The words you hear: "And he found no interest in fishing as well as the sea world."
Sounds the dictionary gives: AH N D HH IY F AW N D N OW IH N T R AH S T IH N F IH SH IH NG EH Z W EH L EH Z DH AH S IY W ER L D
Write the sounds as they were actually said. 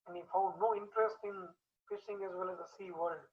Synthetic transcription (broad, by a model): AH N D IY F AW D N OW IH N T R AH S T IH N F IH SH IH NG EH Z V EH L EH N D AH S IY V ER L D